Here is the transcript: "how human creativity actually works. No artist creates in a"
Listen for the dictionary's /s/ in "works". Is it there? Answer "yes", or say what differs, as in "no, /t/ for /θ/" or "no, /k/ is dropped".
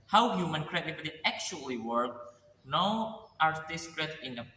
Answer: no, /s/ is dropped